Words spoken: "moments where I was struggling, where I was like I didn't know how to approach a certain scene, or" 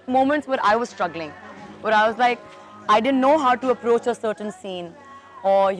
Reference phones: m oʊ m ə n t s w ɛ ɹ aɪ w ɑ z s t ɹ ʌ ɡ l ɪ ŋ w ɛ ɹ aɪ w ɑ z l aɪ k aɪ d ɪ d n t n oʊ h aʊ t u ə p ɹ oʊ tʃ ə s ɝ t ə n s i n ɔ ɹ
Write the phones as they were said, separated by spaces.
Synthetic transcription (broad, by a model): m oʊ m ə n t s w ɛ ɹ aɪ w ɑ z s t ɹ ʌ ɡ l ɪ ŋ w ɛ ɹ aɪ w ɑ z l aɪ k aɪ d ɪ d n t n oʊ h aʊ t u ə p ɹ oʊ tʃ ə s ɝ t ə n s i n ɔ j